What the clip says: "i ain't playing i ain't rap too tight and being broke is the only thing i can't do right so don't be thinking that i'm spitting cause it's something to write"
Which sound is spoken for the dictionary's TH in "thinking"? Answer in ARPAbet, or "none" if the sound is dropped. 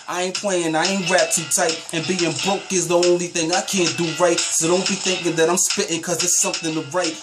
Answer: TH